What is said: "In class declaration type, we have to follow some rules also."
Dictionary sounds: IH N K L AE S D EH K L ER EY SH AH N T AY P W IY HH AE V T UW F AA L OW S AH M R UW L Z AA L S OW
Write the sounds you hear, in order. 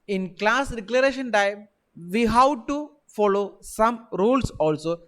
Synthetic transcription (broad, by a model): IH N K L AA S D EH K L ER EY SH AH N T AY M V IY HH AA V T UW F AA L OW S AH M R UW L S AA L S OW